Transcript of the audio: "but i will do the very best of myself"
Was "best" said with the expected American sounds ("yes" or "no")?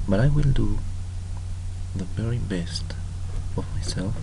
yes